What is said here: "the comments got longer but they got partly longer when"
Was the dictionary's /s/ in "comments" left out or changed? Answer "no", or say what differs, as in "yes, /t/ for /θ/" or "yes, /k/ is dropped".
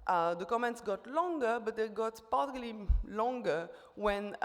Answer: no